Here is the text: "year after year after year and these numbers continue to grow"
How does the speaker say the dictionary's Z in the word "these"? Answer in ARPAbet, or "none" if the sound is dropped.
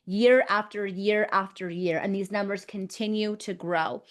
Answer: Z